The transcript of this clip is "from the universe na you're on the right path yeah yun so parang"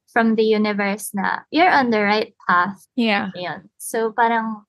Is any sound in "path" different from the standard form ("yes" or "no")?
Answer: no